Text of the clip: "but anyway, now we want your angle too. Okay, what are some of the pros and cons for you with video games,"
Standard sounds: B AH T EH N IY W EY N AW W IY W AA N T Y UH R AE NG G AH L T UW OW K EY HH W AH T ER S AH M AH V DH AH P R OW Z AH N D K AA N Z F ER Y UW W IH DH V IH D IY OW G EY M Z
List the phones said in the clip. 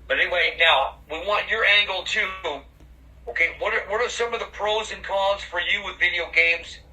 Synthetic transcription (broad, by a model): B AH T EH N IY W EY N AW W IY W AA N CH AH R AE NG G L T UW OW K EY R W AH T ER S AH M AH V DH AH P R OW Z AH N K AA Z F ER Y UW W IH DH V IH D IY OW G EY M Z